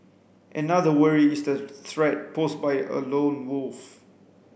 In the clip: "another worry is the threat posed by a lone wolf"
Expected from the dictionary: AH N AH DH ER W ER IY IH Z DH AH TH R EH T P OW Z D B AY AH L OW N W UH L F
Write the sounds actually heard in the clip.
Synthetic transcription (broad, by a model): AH N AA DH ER W ER IY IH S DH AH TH R EH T P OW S B AY AH L OW N W UH L F